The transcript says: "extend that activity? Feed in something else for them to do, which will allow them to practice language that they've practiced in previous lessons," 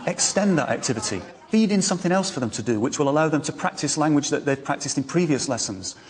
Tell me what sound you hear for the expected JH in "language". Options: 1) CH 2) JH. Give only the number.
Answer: 2